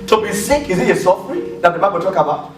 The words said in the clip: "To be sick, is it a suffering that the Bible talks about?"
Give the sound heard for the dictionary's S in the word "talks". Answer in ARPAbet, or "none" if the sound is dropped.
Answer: none